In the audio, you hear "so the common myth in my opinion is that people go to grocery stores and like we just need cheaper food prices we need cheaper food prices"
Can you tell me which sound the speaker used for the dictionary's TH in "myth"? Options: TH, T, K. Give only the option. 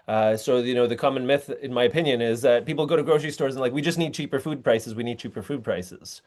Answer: TH